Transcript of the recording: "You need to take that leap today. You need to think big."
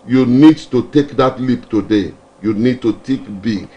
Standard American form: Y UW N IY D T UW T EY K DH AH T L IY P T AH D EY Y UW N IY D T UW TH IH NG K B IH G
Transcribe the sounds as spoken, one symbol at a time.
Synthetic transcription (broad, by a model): Y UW N IY D T UW T EY K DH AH T L IY P T AH D EY Y UW N IY D T UW T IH K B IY